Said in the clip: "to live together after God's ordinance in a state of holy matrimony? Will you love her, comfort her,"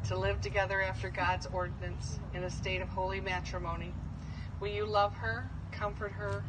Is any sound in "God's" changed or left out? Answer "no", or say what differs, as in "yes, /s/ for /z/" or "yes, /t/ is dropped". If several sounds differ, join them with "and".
no